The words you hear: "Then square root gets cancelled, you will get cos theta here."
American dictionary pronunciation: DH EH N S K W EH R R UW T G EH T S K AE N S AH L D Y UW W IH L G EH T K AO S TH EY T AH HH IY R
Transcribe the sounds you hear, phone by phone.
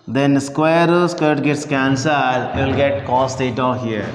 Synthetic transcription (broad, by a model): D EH N S K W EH R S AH T G EH T S K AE N S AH D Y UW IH L G EH T K AO S T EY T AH HH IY R